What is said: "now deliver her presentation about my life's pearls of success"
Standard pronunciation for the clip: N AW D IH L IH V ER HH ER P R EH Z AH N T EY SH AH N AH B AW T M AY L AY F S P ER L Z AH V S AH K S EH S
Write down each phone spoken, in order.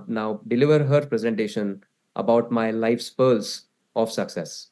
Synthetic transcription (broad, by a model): N AW D IH L IH V ER HH ER P R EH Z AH N T EY SH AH N AH B AW T M AY L AY F S P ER L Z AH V S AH K S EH S